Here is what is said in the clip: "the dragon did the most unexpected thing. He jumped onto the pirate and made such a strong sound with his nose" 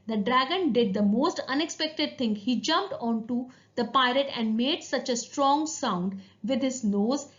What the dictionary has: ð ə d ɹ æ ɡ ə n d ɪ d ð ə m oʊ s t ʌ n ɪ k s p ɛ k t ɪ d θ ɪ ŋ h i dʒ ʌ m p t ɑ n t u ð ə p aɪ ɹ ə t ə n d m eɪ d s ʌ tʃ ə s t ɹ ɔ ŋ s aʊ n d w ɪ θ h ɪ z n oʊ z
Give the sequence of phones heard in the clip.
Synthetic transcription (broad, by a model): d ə d ɹ æ ɡ ə n d ɪ d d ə m oʊ s t ʌ n ɪ k s p ɛ k t ɪ d t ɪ ŋ h i dʒ ʌ m p t ɑ n t u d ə p aɪ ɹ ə t ə n d m eɪ d s ʌ tʃ ə s t ɹ ɔ ŋ s aʊ n d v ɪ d h ɪ z n oʊ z